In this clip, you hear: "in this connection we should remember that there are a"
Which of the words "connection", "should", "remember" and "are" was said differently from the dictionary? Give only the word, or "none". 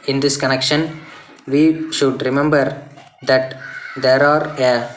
none